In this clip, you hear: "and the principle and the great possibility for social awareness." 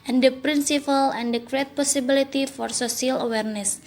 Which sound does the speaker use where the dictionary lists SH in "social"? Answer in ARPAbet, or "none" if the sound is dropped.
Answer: S